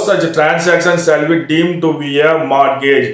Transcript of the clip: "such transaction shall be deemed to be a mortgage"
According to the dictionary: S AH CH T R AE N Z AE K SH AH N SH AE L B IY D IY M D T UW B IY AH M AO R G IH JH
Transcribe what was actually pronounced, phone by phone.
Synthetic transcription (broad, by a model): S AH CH T R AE N S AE K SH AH N S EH L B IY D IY M T UW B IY AH M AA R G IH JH